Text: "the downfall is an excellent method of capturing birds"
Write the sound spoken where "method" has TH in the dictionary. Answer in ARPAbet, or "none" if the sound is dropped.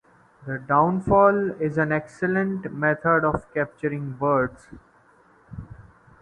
T